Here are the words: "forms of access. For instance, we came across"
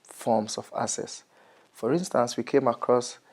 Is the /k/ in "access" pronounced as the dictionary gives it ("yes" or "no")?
no